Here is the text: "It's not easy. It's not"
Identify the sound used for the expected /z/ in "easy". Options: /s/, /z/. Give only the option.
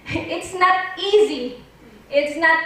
/z/